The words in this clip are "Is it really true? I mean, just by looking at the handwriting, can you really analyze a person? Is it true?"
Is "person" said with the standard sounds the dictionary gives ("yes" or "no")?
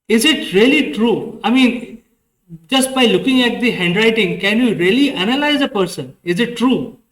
yes